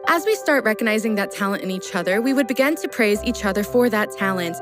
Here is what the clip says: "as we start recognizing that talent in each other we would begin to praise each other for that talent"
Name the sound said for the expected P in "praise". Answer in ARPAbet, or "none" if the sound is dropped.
P